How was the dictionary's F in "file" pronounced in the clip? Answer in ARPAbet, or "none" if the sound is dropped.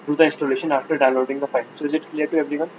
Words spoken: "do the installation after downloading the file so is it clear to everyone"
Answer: P